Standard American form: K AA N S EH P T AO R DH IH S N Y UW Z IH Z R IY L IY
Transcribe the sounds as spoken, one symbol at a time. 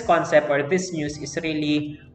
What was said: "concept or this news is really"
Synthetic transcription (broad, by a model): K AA N S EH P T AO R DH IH S N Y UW S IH S R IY L IY